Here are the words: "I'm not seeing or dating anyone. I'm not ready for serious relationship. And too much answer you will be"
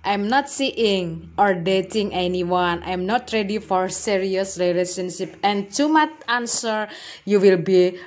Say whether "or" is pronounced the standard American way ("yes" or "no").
yes